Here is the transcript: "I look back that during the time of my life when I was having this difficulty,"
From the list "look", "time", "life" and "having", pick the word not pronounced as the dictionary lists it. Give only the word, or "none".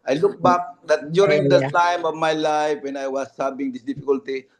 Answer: having